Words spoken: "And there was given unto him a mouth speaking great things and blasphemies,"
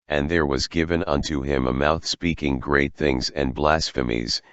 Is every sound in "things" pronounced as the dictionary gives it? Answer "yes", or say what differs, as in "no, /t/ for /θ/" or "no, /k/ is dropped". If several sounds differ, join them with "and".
yes